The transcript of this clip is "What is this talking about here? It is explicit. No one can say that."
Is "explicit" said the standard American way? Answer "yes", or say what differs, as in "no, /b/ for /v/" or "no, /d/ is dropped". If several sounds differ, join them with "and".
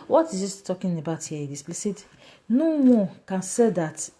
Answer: no, /k/ is dropped